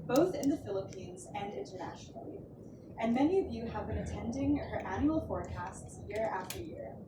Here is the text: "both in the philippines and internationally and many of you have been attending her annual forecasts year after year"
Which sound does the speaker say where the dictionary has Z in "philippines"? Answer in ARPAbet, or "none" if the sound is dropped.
Z